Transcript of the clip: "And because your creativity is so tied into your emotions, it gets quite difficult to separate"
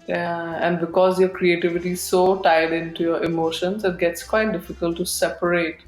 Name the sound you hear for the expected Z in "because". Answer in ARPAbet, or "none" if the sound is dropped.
Z